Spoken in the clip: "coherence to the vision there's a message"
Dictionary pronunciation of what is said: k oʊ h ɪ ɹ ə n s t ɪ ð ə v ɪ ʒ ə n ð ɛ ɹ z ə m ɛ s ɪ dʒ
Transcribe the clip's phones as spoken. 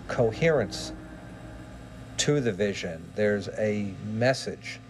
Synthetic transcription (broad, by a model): k oʊ h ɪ ɹ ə n s t ɪ ð ə v ɪ ʒ ə n ð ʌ ɹ z ə m ɛ s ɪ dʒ